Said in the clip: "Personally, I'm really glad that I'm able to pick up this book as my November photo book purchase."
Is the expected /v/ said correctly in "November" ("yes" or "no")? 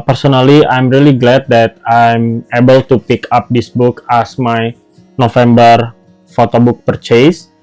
no